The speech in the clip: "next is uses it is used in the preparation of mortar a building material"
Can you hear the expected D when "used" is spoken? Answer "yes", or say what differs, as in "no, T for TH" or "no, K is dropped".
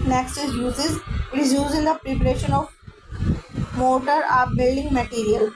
no, D is dropped